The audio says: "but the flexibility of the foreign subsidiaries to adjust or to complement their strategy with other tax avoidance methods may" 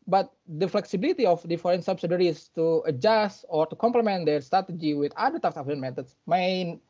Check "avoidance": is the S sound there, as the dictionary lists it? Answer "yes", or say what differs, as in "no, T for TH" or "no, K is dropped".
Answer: no, S is dropped